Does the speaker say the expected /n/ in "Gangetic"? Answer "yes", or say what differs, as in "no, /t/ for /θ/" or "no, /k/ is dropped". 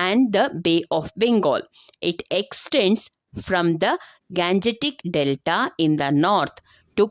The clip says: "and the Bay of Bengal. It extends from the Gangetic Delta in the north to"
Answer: yes